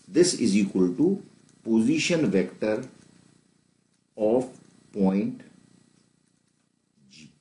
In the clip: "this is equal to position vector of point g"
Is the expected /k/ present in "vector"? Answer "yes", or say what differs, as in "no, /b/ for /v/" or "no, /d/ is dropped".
yes